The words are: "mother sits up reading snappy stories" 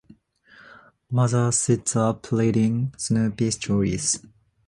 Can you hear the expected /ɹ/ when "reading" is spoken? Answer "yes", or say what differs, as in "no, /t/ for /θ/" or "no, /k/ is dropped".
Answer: no, /l/ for /ɹ/